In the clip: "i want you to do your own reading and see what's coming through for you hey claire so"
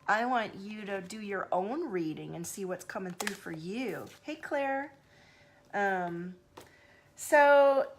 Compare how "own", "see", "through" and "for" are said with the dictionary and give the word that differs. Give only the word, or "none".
none